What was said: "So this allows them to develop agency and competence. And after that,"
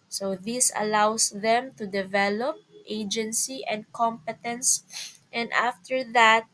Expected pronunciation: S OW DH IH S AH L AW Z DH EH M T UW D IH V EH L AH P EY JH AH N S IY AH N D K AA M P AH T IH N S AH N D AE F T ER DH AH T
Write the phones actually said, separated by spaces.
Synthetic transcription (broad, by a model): S OW DH IH S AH L AW S DH EH M T UW D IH V EH L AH P EY JH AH N S IY AH N D K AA M P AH T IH N S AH N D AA F T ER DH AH T